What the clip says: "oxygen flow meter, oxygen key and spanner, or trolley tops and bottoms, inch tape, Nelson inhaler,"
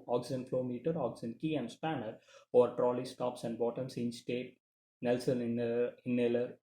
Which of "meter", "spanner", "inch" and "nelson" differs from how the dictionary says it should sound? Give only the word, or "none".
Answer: inch